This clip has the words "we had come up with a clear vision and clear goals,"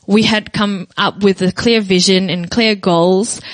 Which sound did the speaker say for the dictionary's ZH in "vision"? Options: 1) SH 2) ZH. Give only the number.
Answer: 2